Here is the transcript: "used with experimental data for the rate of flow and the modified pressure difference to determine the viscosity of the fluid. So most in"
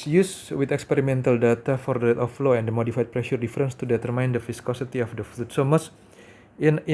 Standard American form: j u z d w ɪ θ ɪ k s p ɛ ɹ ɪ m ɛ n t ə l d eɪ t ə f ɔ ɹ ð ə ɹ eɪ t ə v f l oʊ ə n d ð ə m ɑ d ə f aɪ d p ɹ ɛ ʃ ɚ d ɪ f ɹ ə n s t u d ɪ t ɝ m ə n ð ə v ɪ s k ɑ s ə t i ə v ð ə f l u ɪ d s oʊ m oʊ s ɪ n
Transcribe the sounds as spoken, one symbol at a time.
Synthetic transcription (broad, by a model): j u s w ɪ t ɪ k s p ɛ ɹ ɪ m ɛ n t ə l d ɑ t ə f ɔ ɹ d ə l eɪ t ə f l oʊ ə n d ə m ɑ d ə f aɪ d p ɹ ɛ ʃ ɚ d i f ɹ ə n s t u d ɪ t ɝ m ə n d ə f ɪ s k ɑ s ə t i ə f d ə f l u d s oʊ m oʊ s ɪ n